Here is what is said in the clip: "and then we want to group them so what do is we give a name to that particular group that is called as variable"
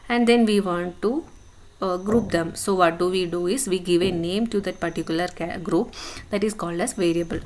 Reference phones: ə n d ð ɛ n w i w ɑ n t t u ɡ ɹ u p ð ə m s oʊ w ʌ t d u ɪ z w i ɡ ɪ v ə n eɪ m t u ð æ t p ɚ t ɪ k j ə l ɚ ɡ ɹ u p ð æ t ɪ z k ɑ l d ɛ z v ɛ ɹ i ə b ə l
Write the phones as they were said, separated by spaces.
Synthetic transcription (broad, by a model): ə n d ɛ n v i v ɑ n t t u ɡ ɹ u p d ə m s oʊ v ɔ t d u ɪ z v i ɡ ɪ v ə n eɪ m t u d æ t p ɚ t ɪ k j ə l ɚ ɡ ɹ u p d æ t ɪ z k ɑ l d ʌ s v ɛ ɹ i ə b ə l